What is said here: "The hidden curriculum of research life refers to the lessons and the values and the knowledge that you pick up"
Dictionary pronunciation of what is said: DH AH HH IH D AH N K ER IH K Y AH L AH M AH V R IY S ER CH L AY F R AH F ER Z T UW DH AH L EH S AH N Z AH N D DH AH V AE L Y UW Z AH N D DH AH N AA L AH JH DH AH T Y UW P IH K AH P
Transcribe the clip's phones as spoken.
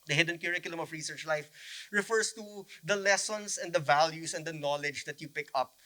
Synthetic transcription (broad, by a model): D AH HH IH D AH N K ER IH K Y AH L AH M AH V R IY S ER CH L AY F R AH F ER S T UW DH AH L EH S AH N S AH N D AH V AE L Y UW S AH N D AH N AA L AH JH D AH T Y UW P IH K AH P